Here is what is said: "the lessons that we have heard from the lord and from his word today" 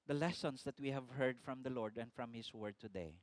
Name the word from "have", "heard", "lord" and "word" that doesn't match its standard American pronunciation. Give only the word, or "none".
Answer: none